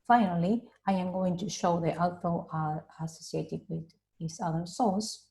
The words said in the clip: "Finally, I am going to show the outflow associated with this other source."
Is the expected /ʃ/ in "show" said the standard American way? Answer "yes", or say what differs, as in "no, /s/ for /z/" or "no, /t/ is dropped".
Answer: yes